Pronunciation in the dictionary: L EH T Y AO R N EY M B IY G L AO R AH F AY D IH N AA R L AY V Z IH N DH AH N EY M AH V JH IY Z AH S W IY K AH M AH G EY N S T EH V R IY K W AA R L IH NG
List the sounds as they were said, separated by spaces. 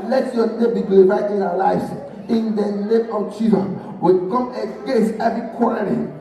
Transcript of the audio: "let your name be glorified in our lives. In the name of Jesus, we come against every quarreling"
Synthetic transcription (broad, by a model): L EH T Y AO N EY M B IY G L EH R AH IH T IH N AA W L AY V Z IH N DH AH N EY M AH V CH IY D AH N W IY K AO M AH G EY S EH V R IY K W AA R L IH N